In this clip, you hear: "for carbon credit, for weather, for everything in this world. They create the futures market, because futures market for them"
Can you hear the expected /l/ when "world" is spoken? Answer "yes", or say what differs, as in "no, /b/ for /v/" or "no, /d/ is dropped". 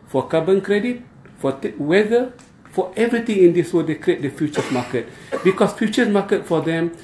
no, /l/ is dropped